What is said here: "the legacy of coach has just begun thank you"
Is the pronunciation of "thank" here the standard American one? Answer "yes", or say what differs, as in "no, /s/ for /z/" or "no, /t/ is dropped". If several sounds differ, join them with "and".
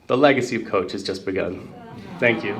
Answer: yes